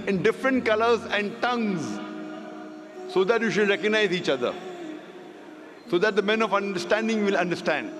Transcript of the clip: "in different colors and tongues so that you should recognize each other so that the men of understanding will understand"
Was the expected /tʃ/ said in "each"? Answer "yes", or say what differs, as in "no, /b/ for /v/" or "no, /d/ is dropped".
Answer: yes